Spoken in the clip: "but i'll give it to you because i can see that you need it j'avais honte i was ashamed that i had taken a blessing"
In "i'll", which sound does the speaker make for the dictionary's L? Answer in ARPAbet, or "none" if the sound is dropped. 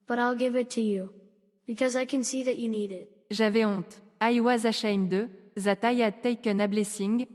L